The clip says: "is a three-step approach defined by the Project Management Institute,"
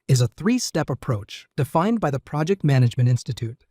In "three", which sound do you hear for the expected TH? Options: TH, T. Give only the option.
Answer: TH